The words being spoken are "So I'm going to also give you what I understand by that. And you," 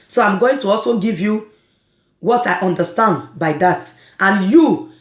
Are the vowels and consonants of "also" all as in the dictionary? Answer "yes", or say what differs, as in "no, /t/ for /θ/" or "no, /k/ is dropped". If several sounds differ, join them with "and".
yes